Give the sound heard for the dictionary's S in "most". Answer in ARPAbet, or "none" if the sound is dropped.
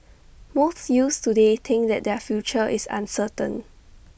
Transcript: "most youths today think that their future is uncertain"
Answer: TH